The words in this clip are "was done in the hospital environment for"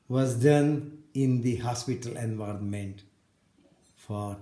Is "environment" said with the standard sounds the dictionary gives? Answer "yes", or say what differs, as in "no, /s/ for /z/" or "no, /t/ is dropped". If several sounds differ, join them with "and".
yes